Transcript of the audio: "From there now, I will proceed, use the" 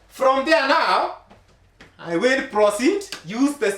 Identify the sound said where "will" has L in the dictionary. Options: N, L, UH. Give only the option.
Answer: N